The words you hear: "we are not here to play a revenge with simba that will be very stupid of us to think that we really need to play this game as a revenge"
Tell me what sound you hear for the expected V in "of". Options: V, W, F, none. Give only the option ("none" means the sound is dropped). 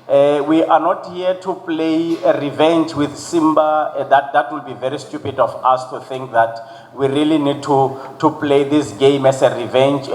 F